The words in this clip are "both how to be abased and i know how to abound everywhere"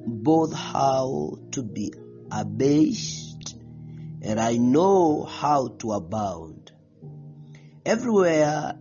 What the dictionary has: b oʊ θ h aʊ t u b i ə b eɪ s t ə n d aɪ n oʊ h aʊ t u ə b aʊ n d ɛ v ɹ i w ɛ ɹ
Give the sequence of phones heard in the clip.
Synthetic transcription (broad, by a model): b oʊ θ h aʊ t u b i ə b eɪ s t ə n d aɪ n oʊ h aʊ t u ə b aʊ n d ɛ v ɹ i w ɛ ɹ